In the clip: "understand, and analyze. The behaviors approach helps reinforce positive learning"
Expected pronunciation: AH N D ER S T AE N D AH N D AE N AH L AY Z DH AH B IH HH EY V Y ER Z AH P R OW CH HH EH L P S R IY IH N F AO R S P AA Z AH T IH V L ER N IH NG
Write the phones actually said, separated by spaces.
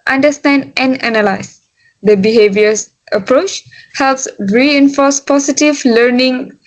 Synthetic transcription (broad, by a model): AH N D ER S T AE N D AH N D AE N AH L AY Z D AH B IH HH EY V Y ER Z AH P R OW CH HH EH L P S R IY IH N F AO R S P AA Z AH T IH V L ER N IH NG